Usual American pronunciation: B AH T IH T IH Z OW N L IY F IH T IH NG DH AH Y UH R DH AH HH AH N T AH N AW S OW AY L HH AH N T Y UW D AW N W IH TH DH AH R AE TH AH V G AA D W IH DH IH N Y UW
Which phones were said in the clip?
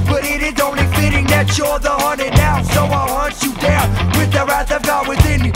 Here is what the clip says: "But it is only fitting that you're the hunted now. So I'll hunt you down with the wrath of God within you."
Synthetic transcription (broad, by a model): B AH T IH T IH Z OW N L IY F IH T IH NG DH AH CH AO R DH AH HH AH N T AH N AW S OW AY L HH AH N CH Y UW D AW N W IH DH AH R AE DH AH V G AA W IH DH IH N